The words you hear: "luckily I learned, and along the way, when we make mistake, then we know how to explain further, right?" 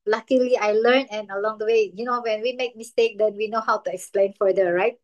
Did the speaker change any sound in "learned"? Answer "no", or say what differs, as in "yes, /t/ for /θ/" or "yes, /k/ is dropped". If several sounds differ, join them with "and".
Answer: yes, /d/ is dropped